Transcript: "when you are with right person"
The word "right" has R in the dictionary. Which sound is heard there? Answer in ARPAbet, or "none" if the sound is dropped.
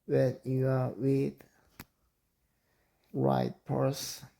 R